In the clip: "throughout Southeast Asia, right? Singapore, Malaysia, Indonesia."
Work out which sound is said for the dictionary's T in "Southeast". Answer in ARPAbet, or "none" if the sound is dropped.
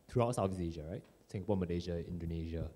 none